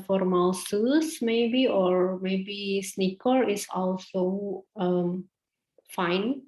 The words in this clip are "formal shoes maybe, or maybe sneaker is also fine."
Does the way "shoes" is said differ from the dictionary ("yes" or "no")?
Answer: yes